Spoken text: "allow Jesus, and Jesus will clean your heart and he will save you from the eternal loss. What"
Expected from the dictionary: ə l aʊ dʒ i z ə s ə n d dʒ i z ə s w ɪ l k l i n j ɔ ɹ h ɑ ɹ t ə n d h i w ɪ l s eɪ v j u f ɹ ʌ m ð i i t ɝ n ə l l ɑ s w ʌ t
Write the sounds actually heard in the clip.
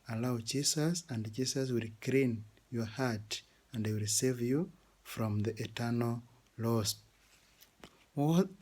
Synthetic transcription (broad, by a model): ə l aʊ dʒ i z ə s ə n d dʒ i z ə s w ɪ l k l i n j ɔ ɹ h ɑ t ə n d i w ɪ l s eɪ v j u f ɹ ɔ m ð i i t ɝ n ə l l ɑ s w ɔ